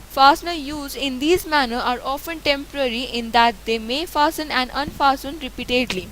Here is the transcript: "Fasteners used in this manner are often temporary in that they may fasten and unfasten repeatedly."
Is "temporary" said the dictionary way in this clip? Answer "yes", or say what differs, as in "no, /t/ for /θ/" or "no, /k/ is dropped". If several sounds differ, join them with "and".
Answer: yes